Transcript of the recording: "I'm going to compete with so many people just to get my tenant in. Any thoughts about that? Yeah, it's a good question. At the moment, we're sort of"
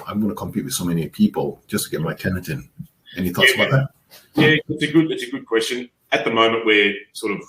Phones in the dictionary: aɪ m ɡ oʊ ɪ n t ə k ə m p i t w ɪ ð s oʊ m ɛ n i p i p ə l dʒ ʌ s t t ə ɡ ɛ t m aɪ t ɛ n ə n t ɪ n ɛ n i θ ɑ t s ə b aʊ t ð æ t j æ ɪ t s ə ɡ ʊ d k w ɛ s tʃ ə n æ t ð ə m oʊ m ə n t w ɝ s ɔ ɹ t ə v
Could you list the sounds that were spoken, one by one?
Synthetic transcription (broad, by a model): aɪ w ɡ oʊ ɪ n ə k ə m p i t w ɪ ð s oʊ m ɛ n i p i p ə l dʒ ʌ s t t ə ɡ ɛ t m aɪ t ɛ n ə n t ɪ n ɛ n i θ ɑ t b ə ɪ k ð æ t j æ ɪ t s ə ɡ ʊ d k w ɛ s tʃ ə n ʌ t ð ə m oʊ m ə n t w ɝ s ɔ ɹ t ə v